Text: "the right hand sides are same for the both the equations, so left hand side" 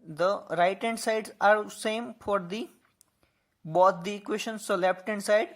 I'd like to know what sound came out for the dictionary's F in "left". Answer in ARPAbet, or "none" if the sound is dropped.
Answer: P